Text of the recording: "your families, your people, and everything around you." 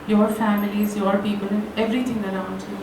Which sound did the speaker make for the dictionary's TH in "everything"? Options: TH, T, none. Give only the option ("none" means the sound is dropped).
T